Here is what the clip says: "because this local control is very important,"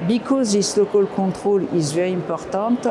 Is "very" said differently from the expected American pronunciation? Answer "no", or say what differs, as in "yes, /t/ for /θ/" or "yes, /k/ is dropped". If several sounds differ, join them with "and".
yes, /w/ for /v/ and /ɹ/ is dropped